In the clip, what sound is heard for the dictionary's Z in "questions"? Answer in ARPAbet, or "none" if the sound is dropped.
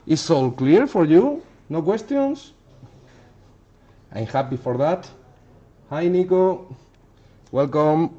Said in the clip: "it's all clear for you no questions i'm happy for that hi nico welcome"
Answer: S